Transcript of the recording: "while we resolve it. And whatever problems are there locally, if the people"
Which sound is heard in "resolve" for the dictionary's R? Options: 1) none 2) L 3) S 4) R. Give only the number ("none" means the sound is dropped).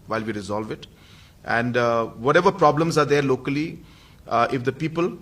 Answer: 4